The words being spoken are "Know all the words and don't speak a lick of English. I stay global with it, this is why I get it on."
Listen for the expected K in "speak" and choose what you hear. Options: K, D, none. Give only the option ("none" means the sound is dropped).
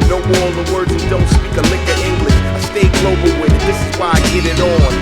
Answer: K